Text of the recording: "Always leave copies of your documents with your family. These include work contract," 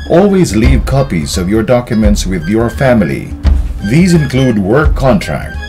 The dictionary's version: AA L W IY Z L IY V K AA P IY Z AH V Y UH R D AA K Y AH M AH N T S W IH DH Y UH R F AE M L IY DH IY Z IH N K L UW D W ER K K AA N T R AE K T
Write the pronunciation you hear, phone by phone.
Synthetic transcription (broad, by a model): AA L W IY Z L IY V K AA P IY Z AH V Y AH R D AA K Y AH M AH N T S W IH DH Y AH R F AE M L IY DH IY Z IH N K L UW D W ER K K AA N T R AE K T